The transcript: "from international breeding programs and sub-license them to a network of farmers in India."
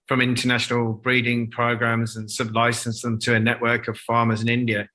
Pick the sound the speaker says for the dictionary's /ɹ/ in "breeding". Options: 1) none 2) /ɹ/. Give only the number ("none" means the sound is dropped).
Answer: 2